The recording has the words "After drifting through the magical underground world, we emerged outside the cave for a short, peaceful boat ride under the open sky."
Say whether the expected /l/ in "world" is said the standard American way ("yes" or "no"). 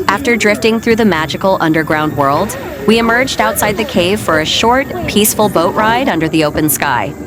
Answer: yes